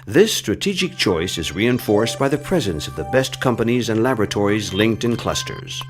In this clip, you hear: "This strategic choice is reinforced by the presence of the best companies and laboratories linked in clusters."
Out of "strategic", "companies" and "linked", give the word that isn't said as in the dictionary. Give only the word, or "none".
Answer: none